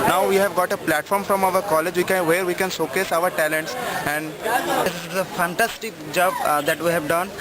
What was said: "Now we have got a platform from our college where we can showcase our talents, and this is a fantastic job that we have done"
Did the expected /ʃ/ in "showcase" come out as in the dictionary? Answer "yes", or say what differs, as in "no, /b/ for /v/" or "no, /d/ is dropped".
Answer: no, /s/ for /ʃ/